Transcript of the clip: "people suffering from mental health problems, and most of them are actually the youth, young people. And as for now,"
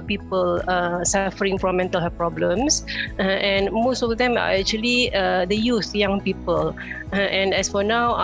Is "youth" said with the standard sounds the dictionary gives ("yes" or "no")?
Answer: no